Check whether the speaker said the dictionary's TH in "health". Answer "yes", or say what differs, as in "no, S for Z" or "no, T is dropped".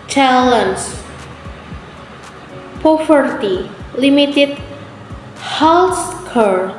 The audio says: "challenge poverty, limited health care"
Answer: no, S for TH